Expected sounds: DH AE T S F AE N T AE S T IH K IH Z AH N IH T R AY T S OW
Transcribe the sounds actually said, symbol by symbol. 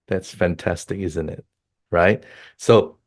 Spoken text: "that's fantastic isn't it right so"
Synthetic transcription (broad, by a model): DH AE T S F AE N T AE S T IH K IH Z AH N IH T R AY T S OW